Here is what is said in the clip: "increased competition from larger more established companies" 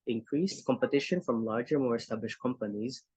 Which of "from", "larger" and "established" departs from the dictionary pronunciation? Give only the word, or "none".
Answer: none